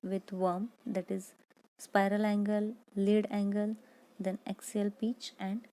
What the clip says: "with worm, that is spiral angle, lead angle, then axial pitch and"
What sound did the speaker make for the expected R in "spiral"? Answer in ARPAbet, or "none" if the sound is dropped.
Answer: R